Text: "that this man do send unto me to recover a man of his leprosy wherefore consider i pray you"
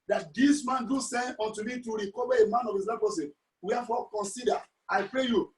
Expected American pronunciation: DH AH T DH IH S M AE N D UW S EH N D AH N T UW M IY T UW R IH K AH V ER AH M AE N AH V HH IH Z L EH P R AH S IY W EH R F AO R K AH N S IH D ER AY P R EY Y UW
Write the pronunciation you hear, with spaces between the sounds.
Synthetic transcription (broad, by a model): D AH T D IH S M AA N D UW S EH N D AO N T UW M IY T UW R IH K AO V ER AH M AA N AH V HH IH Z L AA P AH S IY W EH F AO K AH N S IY D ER AY P R EY Y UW